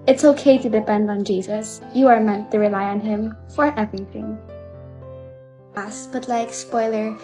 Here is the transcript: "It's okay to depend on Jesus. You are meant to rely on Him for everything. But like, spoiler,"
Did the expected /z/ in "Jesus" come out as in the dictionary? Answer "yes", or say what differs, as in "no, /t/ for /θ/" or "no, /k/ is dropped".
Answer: yes